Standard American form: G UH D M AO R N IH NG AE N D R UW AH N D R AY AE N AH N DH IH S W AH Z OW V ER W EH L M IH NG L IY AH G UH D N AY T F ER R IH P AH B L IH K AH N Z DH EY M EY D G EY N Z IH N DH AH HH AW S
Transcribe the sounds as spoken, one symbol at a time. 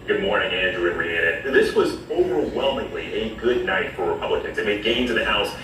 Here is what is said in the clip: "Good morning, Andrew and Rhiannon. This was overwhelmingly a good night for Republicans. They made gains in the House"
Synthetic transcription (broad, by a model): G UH D M AO R N IH NG AE N D R UW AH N R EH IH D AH N DH IH S W AH Z OW V ER W EH L M IH NG L IY AH G UH D N AY T F ER R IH P AH B L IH K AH N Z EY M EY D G EY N Z IH N DH AH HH AW S